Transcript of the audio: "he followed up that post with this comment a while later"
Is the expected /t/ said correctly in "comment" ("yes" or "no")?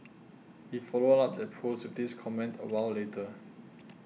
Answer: yes